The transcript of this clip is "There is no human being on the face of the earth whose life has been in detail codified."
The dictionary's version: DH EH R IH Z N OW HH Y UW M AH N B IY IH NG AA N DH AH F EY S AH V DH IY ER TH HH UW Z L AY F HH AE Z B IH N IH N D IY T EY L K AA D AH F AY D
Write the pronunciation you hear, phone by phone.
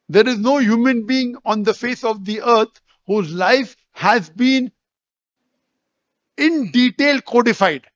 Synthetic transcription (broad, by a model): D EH R IH Z N OW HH Y UW M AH N B IY IH NG AA N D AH F EY S AH V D IY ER T HH UW Z L AY F HH AE Z B IH N IH N D IY T EY L K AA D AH F AY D